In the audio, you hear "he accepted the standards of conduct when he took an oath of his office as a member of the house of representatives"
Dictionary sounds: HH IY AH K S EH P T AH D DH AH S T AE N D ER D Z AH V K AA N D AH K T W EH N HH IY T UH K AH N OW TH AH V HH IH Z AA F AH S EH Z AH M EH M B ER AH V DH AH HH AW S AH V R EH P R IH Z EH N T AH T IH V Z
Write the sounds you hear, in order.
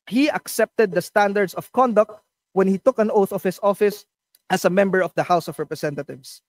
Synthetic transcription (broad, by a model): HH IY AH K S EH P T AH D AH S T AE N D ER D S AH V K AA N D AH K T W EH N HH IY T UH K AH N OW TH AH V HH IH S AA F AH S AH S AH M EH M B ER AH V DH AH HH AW S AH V R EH P R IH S EH N T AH T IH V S